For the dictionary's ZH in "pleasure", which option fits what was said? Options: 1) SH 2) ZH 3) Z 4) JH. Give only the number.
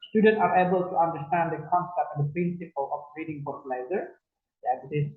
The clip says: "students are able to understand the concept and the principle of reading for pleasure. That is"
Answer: 3